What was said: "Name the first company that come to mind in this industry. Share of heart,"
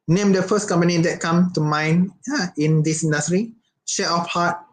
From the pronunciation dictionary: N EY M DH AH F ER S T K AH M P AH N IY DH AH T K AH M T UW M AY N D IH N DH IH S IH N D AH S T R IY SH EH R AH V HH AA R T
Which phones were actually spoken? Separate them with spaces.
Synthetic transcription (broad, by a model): N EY M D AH F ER S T K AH M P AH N IY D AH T K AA M T UW M AY N IH N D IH S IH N D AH S T R IY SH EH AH F HH AA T